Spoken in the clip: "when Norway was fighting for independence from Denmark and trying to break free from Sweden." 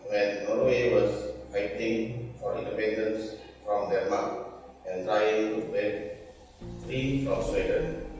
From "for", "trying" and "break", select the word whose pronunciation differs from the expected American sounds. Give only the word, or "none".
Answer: break